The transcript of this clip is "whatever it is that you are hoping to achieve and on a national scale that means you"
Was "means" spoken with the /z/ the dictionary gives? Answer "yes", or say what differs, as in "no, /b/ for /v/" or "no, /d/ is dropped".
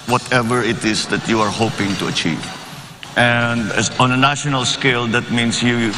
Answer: no, /s/ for /z/